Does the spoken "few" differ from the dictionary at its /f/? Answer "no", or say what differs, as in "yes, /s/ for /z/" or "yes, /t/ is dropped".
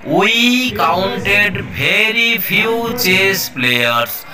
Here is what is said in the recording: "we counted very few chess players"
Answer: yes, /p/ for /f/